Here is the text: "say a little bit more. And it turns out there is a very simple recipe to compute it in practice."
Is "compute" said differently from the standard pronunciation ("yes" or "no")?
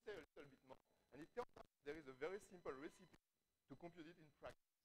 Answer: no